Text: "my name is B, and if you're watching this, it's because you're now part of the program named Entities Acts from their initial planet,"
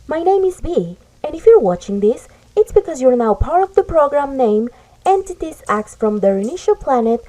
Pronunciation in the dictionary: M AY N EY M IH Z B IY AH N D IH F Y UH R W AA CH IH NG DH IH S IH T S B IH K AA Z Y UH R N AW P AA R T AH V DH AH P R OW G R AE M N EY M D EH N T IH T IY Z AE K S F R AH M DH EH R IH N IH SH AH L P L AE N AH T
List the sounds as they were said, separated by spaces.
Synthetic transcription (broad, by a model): M AY N EY M IH Z B IY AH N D IH F Y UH R W AA CH IH NG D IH S IH T S B IH K AA Z Y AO R N AW P AA R T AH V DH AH P R OW G R AE M N EY M EH N T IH T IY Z AE K S F R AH M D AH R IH N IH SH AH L P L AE N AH T